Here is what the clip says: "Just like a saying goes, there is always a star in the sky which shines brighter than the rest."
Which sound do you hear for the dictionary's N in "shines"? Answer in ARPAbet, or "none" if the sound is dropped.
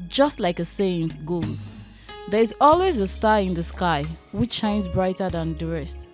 N